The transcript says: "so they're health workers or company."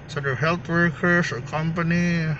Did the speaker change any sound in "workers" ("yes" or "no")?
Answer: yes